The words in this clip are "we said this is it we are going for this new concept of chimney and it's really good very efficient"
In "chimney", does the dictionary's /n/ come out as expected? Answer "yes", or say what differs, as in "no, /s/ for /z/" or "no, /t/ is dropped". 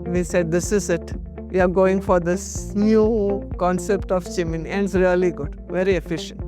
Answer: no, /n/ is dropped